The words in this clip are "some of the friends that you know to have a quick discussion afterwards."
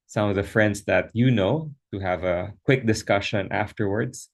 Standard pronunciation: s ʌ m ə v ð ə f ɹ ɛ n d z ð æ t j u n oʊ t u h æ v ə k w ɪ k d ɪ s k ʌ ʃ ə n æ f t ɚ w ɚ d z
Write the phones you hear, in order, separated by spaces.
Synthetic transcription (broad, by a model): s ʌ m ə v ð ə f ɹ ɛ n d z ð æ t j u n oʊ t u h æ v ə k w ɪ k d ɪ s k ʌ ʃ ə n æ f t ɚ w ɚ d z